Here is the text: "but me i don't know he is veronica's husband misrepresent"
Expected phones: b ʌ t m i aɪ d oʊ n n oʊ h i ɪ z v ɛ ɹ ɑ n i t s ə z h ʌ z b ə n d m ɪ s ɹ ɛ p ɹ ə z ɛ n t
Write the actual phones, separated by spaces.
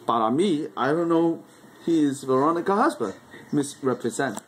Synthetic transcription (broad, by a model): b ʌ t m i aɪ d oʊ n n oʊ h i ɪ z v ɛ ɹ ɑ n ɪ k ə h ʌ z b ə d m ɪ s ɹ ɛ p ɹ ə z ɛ n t